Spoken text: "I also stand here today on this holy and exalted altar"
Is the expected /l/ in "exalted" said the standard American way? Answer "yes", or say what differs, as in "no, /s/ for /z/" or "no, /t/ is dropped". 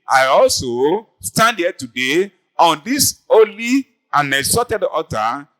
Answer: no, /l/ is dropped